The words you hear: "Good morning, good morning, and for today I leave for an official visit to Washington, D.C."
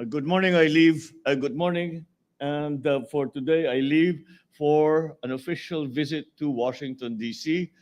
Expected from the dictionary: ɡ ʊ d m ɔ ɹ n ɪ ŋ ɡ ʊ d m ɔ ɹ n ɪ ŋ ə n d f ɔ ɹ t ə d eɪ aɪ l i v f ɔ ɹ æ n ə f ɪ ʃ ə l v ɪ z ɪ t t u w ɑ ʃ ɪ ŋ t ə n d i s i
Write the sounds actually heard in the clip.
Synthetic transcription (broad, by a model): ɡ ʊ d m ɔ ɹ n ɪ ŋ ɡ ʊ d m ɔ ɹ n ɪ ŋ ə n d f ɔ ɹ t ə d eɪ aɪ l i v f ɔ ɹ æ n ə f ɪ ʃ ə l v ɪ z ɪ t t u w ɑ ʃ ɪ ŋ t ə n d i s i